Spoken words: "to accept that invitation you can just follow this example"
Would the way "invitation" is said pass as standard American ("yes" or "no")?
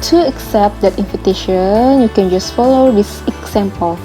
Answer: no